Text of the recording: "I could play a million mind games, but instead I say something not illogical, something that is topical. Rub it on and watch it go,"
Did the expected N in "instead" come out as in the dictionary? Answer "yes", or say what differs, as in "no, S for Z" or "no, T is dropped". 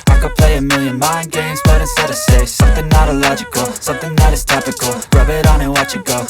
no, N is dropped